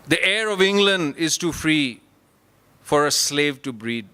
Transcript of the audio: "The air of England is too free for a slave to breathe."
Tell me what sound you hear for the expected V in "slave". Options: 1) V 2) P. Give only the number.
1